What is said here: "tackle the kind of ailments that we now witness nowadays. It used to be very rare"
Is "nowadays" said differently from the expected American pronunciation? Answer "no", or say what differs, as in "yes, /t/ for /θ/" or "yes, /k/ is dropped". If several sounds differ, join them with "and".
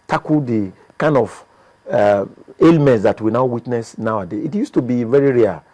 yes, /z/ is dropped